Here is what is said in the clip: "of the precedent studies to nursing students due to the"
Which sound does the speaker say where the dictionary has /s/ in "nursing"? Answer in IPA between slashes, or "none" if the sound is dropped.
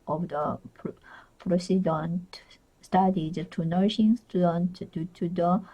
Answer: /ʃ/